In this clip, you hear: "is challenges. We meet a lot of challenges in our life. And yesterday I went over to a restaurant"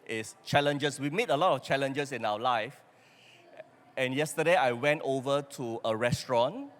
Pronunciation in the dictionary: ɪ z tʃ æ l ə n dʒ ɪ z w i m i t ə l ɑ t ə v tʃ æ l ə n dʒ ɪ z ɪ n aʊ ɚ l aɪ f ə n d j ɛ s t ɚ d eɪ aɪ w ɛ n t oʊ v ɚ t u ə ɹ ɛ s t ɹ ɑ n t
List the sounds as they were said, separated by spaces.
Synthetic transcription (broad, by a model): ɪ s tʃ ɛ l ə n dʒ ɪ s w i m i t ə l ɑ t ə f tʃ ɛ l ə n dʒ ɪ s ɪ n aʊ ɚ l aɪ f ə n j ɛ s t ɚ d eɪ aɪ w ɛ n t oʊ v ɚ t u ə ɹ ɛ s t ɹ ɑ n